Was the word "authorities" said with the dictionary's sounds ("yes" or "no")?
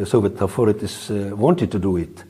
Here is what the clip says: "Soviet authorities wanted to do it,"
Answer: no